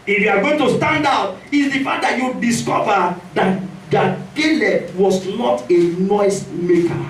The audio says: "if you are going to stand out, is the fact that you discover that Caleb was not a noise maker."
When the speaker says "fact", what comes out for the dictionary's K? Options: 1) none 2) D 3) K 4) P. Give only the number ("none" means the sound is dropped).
1